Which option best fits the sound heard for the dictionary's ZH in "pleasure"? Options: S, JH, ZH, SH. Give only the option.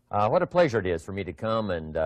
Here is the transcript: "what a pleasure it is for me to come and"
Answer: ZH